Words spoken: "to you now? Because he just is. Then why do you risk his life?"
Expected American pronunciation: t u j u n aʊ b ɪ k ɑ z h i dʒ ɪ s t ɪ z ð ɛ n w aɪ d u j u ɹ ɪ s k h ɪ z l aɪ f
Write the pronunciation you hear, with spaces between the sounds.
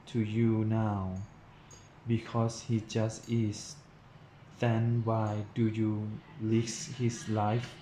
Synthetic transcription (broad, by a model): t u j u n aʊ b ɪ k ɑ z h i dʒ ɪ s t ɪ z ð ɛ n w aɪ d u j u l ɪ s h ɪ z l aɪ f